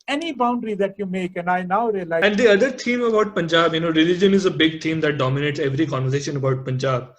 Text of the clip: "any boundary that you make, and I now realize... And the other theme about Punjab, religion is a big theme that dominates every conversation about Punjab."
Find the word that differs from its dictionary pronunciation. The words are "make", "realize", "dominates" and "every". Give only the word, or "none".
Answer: realize